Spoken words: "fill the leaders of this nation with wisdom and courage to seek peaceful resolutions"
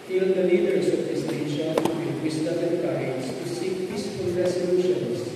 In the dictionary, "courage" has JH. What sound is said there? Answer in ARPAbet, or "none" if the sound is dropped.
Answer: Z